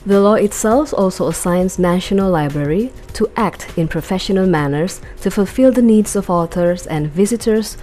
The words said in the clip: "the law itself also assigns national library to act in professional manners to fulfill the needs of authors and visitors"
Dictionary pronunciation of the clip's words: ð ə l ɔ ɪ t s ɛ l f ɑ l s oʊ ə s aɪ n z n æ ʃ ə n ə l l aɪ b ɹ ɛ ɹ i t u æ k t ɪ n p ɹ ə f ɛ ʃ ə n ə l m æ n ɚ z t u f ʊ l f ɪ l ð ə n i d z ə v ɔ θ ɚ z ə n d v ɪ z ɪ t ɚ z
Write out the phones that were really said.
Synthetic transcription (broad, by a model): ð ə l ɔ ɪ t s ɛ l f ɑ l s oʊ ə s aɪ n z n æ ʃ ə n ə l l aɪ b ɹ ɛ ɹ i t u æ k t ɪ n p ɹ ə f ɛ ʃ ə n ə l m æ n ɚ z t u f ʊ l f ɪ l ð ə n i d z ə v ɔ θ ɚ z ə n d v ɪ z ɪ t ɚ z